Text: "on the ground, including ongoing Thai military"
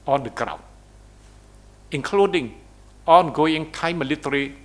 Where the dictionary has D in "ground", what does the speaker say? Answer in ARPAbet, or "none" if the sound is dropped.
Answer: none